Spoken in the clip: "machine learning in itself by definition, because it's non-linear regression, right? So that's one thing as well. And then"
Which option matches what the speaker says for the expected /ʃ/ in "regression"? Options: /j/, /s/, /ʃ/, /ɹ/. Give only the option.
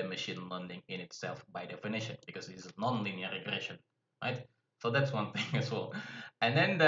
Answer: /ʃ/